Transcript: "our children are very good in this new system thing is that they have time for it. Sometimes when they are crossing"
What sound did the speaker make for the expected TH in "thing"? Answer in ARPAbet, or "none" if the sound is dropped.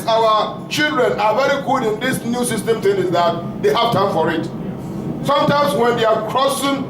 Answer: T